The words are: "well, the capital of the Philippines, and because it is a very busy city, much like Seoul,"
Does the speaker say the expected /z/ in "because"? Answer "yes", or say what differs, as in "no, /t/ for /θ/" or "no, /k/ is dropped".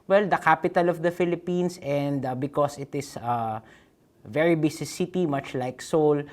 no, /s/ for /z/